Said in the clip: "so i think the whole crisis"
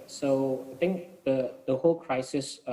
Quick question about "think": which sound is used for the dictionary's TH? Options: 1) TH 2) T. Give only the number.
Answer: 2